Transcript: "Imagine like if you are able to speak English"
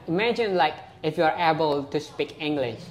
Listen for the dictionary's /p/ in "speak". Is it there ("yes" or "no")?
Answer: yes